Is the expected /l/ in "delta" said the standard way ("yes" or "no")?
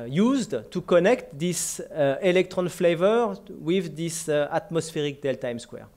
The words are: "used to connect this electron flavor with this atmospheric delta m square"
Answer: yes